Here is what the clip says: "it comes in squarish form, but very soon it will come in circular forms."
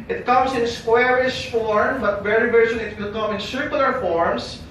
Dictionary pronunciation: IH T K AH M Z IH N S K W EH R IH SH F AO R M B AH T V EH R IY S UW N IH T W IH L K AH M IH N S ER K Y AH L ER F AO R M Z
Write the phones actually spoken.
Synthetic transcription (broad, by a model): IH T K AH M S IH N S K W EH R IH SH F AO R M B AH T V EH R IY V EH L IH T W IH L K AH M IH N S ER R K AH L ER F AO R M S